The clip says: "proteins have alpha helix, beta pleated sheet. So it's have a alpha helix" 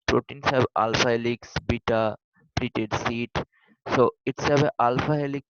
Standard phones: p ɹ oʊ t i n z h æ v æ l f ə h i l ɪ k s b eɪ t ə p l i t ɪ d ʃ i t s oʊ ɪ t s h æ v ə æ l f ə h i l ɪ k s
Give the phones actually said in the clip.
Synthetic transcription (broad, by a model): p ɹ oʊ t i n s h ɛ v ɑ l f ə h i l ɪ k s b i t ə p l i t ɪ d s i t s oʊ ɪ t s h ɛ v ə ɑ l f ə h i l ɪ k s